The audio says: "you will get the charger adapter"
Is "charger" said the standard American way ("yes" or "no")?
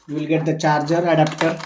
yes